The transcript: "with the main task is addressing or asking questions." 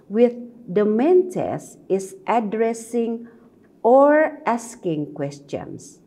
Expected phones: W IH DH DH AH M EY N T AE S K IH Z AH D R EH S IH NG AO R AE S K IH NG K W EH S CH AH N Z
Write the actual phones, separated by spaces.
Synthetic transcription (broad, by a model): W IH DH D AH M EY N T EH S IH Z AH D R EH S IH NG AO R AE S K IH NG K W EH S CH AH N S